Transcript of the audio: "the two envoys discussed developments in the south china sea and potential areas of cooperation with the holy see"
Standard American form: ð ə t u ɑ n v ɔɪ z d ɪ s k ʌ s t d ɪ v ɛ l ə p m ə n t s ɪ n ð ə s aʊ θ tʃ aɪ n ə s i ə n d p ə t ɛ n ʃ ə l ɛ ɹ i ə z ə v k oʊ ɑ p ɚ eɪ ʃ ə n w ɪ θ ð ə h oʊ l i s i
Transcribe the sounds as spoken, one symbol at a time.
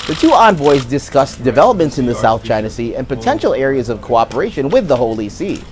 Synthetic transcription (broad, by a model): ð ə t u ɑ n v ɔɪ z d ɪ s k ʌ s d ɪ v ɛ l ə p m ə n t s ɪ n ð ə s aʊ θ tʃ aɪ n ə s i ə n p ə t ɛ n ʃ l ɛ ɹ i ə z ə v k oʊ ɑ p ɚ eɪ ʃ ə n w ɪ ð ə h oʊ l i s i